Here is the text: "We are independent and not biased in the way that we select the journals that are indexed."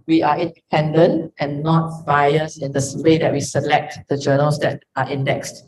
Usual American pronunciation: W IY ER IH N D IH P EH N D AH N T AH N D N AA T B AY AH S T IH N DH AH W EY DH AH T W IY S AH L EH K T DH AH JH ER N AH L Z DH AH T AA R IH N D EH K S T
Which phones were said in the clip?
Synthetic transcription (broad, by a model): W IY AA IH N D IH P EH N D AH N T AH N N AA T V AY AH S IH N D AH W EY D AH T W IY S AH L EH K T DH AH JH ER N AH L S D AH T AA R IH N D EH K S T